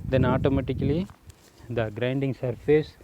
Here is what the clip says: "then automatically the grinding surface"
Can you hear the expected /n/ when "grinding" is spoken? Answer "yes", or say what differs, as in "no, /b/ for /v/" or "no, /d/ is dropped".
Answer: yes